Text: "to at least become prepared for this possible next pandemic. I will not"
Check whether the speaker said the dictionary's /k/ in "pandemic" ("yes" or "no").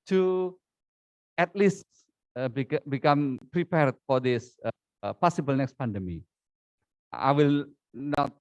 no